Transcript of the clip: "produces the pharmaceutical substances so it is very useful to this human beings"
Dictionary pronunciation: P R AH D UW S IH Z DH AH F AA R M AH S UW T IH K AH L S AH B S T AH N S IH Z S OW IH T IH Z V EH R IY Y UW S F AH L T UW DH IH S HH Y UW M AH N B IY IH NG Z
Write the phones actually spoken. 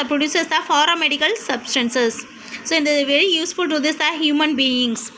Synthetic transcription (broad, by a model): P R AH D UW S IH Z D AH F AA R AH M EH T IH K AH L S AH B S T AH N S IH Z S OW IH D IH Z V EH R IY Y UW S F AH L T UW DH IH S HH Y UW M AH N B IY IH NG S